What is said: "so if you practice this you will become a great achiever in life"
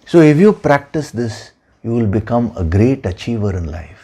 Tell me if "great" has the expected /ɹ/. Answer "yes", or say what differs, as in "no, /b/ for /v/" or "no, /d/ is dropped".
yes